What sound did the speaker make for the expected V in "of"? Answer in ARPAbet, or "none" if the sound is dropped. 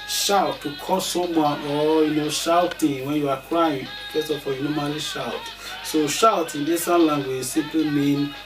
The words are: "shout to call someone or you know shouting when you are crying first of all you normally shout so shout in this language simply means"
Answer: F